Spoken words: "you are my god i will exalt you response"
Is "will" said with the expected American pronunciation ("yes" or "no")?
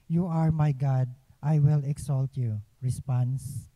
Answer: yes